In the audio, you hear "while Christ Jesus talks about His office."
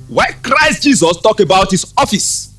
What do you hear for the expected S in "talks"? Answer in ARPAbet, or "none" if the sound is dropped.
none